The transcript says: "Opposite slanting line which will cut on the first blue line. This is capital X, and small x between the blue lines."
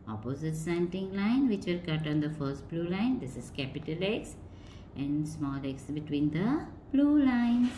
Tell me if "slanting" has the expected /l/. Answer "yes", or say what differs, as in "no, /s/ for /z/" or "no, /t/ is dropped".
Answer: no, /l/ is dropped